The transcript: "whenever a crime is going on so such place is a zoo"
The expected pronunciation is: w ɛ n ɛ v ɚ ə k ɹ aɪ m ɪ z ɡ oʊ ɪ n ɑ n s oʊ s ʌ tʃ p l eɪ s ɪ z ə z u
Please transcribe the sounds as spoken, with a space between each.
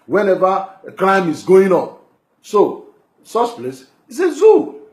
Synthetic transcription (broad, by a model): w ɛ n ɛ v ə k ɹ aɪ m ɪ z ɡ oʊ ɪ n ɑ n s oʊ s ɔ s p l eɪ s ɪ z ə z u